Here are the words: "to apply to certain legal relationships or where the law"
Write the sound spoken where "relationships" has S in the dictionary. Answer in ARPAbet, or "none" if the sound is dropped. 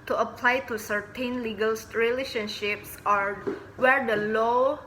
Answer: S